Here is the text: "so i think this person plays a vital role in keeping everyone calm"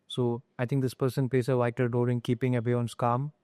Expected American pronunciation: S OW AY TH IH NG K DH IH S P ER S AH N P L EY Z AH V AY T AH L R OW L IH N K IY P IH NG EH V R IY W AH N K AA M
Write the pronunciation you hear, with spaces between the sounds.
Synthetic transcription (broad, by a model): S OW AY T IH NG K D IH S P ER S AH N P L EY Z AH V AY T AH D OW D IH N K IY P IH NG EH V IY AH N K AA M